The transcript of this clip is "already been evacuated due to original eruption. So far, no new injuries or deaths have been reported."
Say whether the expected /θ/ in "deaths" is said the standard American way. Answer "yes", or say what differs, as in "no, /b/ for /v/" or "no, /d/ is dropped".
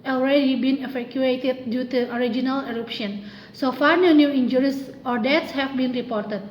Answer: no, /t/ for /θ/